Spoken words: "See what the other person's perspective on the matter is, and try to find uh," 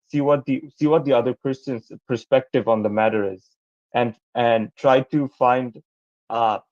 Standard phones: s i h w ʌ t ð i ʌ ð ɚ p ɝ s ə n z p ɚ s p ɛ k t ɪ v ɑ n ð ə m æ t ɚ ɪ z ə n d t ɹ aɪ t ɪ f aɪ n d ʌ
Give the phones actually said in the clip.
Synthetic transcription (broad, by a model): s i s w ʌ t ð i ʌ ð ɚ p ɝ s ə n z p ɚ s p ɛ k t ɪ v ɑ n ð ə m æ t ɚ ɪ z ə n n t ɹ aɪ t ɪ f aɪ n d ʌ